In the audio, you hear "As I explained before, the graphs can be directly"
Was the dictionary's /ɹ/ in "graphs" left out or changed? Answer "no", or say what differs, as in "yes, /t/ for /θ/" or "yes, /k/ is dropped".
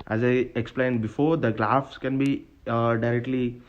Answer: yes, /l/ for /ɹ/